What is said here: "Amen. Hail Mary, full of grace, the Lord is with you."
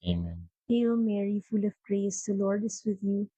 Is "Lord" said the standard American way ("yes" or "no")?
yes